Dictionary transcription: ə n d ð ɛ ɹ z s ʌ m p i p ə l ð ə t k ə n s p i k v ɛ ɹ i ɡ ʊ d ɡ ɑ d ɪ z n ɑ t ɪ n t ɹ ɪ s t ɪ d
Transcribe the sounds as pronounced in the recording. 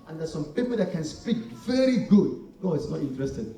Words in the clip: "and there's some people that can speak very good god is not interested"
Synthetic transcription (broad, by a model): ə n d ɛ s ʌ m p i p ə l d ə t k ə n s p i k v ɛ ɹ i ɡ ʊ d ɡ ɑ ɪ s n ɑ t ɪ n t ɹ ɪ s t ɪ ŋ